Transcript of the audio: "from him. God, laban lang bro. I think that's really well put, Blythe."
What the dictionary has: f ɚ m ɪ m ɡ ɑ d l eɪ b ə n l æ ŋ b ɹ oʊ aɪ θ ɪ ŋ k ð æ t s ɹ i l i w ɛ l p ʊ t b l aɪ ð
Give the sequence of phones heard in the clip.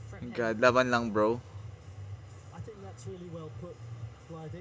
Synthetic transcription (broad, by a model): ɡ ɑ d l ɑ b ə n l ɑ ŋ b ɹ oʊ aɪ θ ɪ ŋ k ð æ t s ɹ i l i w ɛ l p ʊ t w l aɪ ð